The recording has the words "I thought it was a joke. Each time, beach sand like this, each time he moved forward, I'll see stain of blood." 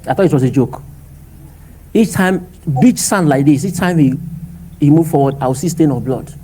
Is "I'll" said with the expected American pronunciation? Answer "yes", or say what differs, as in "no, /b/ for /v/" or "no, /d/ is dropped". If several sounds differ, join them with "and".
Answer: no, /w/ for /l/